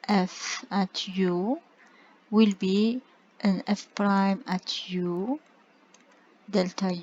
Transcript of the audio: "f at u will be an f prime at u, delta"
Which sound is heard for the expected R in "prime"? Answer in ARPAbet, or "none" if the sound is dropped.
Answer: R